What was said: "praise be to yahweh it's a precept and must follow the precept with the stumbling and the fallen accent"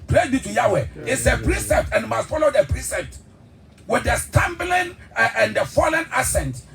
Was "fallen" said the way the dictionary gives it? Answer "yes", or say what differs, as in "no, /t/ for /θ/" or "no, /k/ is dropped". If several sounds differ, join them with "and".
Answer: yes